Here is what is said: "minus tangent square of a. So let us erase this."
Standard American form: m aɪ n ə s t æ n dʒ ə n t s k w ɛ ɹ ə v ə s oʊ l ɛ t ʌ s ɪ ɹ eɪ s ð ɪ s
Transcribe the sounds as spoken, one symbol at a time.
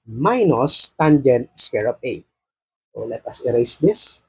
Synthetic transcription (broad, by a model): m aɪ n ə s t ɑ n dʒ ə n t s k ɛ ɹ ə p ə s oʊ l ɛ t ʌ s ɪ ɹ eɪ s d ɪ s